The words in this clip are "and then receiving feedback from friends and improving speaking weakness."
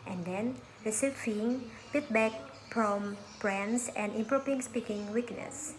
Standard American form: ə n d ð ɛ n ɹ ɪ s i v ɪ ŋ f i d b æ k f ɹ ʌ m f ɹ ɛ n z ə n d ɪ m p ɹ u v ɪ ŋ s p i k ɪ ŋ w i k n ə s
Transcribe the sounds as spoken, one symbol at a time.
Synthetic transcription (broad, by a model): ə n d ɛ n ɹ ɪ s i f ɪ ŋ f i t b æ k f ɹ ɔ m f ɹ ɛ n s ə n d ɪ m p ɹ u p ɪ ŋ s p i k ɪ ŋ w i k n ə s